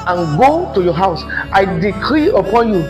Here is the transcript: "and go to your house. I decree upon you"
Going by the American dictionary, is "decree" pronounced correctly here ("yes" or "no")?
yes